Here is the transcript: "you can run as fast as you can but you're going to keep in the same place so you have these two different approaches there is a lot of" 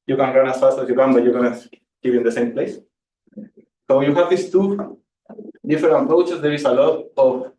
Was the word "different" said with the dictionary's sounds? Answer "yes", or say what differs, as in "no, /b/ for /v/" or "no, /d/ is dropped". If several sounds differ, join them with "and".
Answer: no, /n/ is dropped